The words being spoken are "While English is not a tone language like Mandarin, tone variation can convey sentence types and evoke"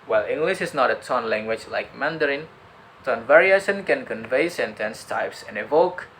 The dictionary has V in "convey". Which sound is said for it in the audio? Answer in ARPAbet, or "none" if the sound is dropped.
V